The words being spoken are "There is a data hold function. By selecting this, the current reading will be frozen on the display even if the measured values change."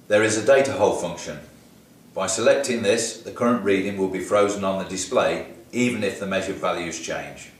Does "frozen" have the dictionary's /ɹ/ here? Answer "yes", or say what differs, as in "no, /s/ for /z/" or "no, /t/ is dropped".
yes